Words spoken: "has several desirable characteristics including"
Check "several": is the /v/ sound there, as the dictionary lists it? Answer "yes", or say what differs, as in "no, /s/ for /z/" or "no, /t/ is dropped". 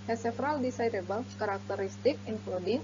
no, /f/ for /v/